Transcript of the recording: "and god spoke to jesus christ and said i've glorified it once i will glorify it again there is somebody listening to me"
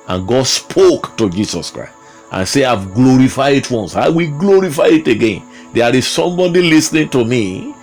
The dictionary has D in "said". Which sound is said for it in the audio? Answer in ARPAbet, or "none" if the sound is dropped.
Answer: none